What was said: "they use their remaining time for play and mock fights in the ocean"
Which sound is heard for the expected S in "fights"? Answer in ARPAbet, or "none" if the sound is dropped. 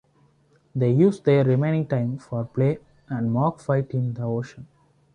none